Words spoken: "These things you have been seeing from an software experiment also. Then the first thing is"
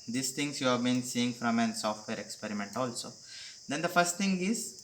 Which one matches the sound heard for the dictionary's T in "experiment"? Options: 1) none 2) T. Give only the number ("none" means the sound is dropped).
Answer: 2